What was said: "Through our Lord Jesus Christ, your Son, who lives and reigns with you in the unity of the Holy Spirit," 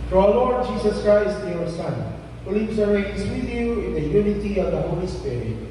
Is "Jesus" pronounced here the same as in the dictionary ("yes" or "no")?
no